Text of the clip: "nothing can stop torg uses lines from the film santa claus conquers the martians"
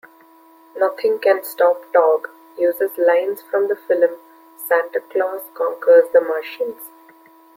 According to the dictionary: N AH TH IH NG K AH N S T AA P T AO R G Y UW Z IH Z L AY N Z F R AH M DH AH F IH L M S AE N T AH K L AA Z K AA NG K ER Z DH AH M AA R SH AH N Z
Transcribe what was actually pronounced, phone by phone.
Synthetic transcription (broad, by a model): N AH T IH NG K AH N S T AA P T AO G Y UW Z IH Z L AY N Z F R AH M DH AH F IH L M S AE N T AH K L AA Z K AA NG K ER Z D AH M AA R SH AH N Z